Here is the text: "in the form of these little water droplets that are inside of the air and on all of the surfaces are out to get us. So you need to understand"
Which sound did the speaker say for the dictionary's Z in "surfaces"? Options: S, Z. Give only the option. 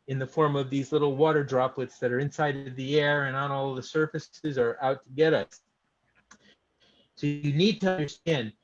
Z